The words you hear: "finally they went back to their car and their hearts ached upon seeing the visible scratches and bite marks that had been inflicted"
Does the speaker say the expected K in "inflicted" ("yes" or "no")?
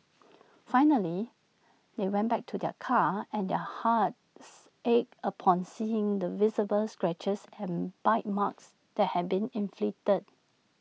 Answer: no